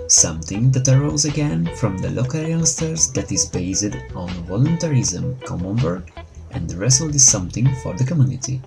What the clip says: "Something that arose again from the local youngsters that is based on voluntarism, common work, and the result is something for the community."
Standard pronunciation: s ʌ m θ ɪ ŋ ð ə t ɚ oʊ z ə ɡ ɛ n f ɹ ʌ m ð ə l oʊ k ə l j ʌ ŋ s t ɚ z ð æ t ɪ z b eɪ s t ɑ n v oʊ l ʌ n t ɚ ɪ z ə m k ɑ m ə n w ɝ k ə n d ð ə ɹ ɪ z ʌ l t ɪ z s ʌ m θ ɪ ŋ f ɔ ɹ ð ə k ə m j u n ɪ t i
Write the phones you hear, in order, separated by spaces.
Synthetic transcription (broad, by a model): s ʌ m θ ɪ ŋ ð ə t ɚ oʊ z ə ɡ ɛ n f ɹ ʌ m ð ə l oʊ k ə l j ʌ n s t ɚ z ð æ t ɪ z b eɪ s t ɑ n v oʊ l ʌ n t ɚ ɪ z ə m k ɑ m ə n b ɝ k ə n d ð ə ɹ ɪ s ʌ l ɪ z s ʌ m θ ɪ ŋ f ɔ ɹ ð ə k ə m j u n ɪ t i